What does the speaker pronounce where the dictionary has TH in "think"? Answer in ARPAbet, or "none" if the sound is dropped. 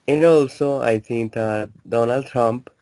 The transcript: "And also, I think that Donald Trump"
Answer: T